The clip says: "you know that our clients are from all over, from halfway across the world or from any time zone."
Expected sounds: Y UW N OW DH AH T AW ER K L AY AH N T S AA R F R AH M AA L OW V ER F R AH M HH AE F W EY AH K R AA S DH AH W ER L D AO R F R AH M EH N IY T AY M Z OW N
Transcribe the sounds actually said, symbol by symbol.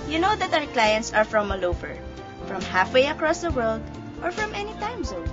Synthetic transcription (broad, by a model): Y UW N OW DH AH T AW ER K L AY AH N T S AA R F R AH M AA L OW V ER F R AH M HH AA F W EY AH K R AA S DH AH W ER L D AO R F R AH M EH N IY T AY M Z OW